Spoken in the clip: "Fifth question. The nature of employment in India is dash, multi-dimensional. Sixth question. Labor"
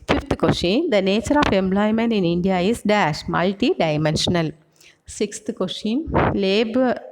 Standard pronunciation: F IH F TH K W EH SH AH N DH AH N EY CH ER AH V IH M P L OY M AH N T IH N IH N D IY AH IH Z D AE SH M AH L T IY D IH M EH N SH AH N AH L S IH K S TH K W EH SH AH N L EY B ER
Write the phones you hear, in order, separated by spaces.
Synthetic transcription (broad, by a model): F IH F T K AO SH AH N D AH N EY CH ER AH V IH M P L OY M AH N T IH N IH N D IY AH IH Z D AE SH M AH L T IY D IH M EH N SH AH N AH L S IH K S T K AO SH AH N L EY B